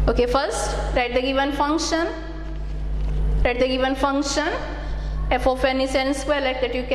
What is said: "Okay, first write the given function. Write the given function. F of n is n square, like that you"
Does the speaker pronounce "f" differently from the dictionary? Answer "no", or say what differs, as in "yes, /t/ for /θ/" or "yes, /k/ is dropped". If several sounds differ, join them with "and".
no